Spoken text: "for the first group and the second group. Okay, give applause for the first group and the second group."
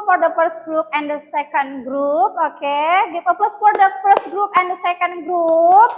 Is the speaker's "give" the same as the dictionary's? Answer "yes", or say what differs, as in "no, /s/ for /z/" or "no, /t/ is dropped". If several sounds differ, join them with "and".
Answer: no, /p/ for /v/